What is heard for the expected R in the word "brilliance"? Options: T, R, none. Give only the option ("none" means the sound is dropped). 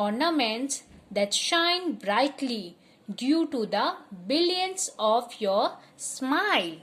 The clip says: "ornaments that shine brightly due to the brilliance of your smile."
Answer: none